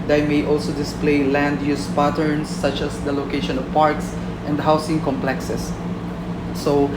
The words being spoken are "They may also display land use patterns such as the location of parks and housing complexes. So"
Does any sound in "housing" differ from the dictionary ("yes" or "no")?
yes